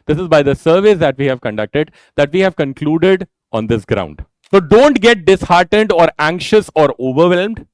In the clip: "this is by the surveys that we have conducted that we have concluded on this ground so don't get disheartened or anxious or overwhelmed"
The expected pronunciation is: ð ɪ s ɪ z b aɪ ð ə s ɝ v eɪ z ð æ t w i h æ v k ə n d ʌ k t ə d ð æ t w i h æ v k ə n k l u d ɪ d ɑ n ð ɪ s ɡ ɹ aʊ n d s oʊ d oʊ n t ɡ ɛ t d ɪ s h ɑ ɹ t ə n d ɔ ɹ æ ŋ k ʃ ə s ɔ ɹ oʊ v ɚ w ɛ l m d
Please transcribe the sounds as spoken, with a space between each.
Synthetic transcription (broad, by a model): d ɪ s ɪ z b aɪ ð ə s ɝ v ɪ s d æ t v i h æ v k ə n d ʌ k t ə d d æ t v i h æ v k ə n k l u d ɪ d ɑ n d ɪ s ɡ ɹ aʊ n d s oʊ d oʊ n t ɡ ɛ t d ɪ s h ɑ ɹ t ə n d ɔ ɹ æ ŋ k ʃ ə s ɔ ɹ oʊ v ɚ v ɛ l m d